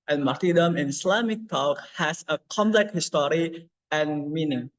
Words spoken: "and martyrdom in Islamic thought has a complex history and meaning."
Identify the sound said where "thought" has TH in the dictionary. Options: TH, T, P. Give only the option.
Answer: T